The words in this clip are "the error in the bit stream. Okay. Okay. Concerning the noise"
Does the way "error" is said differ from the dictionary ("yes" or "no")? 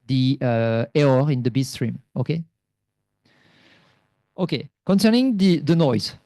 yes